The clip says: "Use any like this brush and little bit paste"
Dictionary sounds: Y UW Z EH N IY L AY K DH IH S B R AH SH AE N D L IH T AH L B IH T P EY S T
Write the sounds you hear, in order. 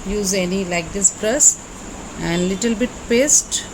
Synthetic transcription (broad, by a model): Y UW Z EH N IY L AY K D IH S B R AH S AE N D L IH T AH L B IH T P EY S T